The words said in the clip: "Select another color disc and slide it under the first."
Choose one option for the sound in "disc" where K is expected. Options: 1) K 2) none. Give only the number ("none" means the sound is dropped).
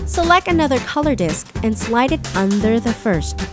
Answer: 1